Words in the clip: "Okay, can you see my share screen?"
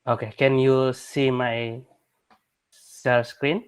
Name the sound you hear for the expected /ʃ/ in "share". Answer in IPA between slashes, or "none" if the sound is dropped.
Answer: /s/